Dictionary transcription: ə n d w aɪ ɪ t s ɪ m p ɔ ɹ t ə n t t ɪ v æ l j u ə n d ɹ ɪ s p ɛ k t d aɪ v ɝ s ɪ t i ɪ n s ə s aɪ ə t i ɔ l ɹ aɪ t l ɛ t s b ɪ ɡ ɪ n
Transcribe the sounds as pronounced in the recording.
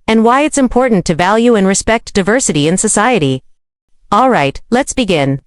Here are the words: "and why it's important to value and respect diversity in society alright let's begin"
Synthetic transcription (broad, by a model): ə n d w aɪ ɪ t s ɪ m p ɔ ɹ t n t t ɪ v æ l j u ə n ɹ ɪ s p ɛ k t d aɪ v ɝ s ɪ t i ɪ n s ə s aɪ ə t i ɔ l ɹ aɪ t l ɛ t s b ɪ ɡ ɪ n